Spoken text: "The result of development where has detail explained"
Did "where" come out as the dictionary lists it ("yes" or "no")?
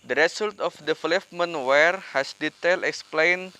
yes